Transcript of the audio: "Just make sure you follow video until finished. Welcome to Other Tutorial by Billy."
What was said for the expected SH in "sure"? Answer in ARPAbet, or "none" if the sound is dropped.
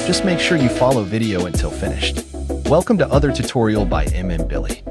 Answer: SH